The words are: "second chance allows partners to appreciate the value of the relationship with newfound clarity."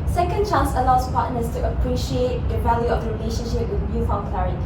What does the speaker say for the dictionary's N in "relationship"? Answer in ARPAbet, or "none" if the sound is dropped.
N